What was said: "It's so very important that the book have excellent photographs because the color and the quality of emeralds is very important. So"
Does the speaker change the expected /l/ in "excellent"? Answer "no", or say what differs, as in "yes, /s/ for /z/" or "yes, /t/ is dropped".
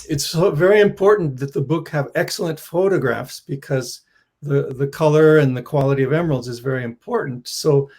no